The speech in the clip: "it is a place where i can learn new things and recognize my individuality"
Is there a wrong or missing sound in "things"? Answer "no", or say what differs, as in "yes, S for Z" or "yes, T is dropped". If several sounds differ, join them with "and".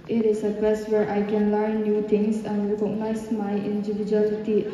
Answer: yes, T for TH and S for Z